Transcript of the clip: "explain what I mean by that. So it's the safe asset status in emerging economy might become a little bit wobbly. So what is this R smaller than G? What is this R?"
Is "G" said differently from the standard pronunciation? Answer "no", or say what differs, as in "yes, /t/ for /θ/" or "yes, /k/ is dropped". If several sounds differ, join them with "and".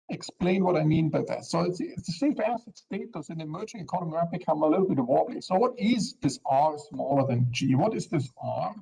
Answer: no